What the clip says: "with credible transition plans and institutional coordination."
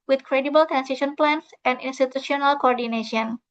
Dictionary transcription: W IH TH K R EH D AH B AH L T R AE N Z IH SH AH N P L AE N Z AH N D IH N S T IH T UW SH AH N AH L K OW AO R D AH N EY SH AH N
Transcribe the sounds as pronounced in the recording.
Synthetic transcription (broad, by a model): W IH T K R EH D AH B AH L T R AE N S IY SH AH N P L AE N S AH N D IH N S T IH T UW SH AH N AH L K OW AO R D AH N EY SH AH N